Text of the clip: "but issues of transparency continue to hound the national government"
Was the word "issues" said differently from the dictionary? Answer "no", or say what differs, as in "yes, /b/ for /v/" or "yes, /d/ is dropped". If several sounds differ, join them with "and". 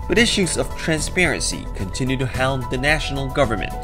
no